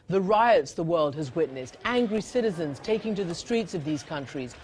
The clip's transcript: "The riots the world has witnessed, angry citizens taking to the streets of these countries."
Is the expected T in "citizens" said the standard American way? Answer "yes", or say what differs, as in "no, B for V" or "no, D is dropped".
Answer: yes